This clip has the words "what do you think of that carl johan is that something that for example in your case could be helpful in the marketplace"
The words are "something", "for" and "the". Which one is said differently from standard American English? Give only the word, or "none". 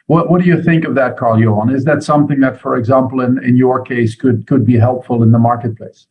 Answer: none